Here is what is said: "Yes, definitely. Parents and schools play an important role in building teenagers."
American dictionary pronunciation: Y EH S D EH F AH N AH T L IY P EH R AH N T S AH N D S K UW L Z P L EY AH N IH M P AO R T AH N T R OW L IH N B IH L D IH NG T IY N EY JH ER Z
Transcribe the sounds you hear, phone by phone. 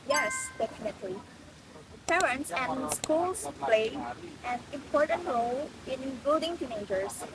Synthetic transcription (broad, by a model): Y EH S D EH F AH N AH T L IY P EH R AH N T S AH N S K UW L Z P L EY AH N IH M P AO R T AH N T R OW N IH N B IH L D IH NG T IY N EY JH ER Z